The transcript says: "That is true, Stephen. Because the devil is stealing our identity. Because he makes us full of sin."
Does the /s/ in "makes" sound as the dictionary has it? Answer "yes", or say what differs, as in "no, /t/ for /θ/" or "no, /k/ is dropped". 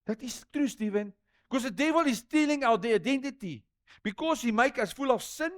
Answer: no, /s/ is dropped